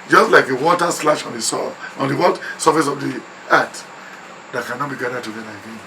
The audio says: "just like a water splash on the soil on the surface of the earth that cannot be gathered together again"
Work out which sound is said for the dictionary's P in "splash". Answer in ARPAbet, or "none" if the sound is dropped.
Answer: none